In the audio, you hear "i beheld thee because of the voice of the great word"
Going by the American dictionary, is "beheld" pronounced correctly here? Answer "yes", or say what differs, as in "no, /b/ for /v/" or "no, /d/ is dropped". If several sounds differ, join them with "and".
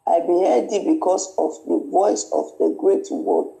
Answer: no, /l/ is dropped